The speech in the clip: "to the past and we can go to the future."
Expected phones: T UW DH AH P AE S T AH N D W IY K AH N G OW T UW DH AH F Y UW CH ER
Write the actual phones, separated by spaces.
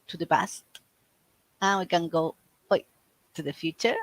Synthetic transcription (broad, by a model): T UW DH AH B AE S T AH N W IY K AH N G OW T UW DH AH F Y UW CH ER